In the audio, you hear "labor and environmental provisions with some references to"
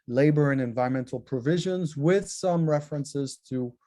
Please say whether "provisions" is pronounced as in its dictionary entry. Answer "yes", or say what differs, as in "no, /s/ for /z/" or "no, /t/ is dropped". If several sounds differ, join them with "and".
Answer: yes